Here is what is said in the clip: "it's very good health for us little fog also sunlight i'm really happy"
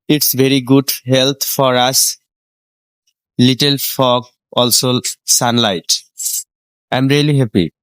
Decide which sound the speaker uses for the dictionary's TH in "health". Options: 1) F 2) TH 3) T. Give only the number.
3